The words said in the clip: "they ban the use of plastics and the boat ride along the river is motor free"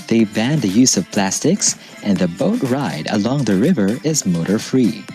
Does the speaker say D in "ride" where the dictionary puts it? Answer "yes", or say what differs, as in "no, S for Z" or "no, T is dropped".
yes